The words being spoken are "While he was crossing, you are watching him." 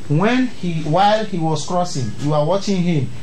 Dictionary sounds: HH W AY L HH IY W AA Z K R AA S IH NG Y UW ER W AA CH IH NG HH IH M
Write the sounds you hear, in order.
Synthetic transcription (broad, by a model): HH W AY L HH IY W AA S K R AA S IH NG Y UW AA W AA CH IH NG HH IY M